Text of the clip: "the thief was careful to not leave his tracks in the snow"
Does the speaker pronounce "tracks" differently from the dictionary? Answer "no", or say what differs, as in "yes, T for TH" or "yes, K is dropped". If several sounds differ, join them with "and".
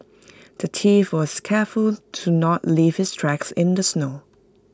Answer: no